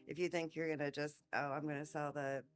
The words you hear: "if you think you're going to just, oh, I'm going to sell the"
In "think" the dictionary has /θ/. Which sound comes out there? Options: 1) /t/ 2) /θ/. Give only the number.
2